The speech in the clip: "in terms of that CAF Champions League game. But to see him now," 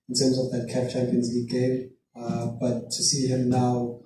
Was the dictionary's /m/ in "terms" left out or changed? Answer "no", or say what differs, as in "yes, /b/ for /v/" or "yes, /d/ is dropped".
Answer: no